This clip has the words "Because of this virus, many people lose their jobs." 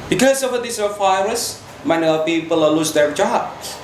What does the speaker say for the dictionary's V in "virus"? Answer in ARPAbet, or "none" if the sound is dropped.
F